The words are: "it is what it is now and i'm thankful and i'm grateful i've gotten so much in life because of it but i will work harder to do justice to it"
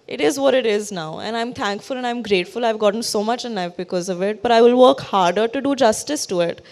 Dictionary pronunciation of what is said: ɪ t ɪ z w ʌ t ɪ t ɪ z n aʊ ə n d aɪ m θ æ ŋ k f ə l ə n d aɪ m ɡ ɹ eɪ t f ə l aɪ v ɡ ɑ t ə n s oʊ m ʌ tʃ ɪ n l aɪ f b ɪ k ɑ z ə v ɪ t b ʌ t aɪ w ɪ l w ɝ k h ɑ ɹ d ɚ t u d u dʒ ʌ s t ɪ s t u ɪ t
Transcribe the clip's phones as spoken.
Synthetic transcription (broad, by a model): ɪ t ɪ z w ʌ t ɪ t ɪ z n aʊ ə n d aɪ m t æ ŋ k f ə l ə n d aɪ m ɡ ɹ eɪ t f ə l aɪ v ɡ ɑ t ə n s oʊ m ʌ tʃ ɪ n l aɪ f b ɪ k ɑ z ə v ɪ t b ʌ t aɪ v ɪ l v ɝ k h ɑ ɹ d ɚ t u d u dʒ ʌ s t ɪ s t u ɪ t